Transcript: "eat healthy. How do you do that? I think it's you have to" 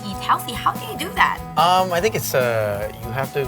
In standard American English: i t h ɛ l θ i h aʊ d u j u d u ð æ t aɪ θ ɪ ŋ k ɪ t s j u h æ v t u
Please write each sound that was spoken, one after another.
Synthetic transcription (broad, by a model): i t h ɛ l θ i h aʊ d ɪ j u d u ð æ t aɪ θ ɪ ŋ k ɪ t s j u h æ f t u